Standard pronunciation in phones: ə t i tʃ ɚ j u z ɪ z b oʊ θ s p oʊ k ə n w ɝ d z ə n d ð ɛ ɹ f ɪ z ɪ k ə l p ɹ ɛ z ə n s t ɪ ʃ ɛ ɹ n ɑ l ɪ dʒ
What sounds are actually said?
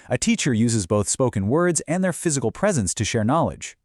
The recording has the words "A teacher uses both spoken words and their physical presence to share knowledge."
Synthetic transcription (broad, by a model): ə t i tʃ ɚ j u z ɪ z b oʊ θ s p oʊ k ə n w ɝ d z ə n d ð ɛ ɹ f ɪ z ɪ k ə l p ɹ ɛ z ə n s t ɪ ʃ ɛ ɹ n ɑ l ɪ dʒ